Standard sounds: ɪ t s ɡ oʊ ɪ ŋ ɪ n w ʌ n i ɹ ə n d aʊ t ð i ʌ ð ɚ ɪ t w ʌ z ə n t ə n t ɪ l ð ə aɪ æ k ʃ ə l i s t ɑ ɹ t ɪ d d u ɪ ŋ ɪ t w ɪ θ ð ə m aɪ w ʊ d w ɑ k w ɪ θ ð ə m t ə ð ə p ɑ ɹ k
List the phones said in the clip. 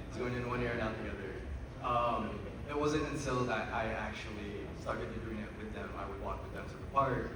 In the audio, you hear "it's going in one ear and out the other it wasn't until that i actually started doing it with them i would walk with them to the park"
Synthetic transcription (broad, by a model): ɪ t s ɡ oʊ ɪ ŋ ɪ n w ʌ n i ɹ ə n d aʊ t ð i ʌ ð ɚ ɪ t w ʌ z ə n t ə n s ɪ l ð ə aɪ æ k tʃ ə l i s t ɑ ɹ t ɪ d d u ɪ ŋ ɪ t w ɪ ð ə m aɪ w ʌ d w ɑ k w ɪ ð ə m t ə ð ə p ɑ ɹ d